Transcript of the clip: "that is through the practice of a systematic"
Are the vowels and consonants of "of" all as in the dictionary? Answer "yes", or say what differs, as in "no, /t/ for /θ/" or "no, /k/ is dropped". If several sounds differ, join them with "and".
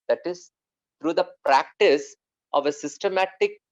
yes